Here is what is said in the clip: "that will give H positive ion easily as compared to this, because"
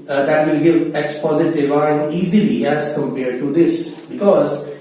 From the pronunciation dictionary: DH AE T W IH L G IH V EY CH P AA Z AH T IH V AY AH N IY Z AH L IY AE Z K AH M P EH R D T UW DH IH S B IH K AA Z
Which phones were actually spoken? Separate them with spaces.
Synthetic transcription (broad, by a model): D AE T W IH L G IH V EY S P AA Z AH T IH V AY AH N IY Z AH L IY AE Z K AH M P EH R D T UW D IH S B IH K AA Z